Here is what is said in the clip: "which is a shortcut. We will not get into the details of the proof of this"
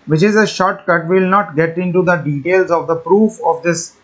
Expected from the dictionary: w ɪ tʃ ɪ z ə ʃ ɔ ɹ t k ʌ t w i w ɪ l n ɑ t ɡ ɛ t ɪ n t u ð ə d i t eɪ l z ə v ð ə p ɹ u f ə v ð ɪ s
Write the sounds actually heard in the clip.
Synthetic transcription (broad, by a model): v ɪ tʃ ɪ z ə ʃ ɔ ɹ t k ʌ t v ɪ l n ɑ t ɡ ɛ t ɪ n t u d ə d i t eɪ l z ə v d ə p ɹ u f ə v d ɪ s